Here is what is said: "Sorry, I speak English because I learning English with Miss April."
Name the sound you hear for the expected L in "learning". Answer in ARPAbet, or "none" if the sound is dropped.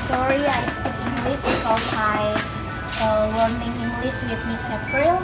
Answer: W